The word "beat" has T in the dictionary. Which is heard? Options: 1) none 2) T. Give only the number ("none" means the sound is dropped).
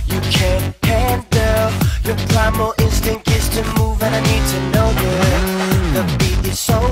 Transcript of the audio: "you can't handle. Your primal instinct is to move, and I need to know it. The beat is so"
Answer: 1